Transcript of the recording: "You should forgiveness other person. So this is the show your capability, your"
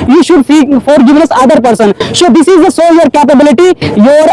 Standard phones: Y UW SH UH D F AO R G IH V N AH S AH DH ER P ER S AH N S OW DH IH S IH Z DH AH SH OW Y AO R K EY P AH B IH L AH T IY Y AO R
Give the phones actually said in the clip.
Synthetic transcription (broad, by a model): Y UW SH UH D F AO R G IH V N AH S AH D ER P ER S AH N S OW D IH S IH Z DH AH S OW Y AO R K EY P AH B IH L AH T IY Y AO R